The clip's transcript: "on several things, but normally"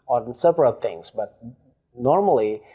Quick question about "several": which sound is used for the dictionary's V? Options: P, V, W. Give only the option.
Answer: P